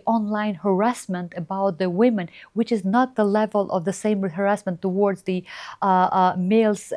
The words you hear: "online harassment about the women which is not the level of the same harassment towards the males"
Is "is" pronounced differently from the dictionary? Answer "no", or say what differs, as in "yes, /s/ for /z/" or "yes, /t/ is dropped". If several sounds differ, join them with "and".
no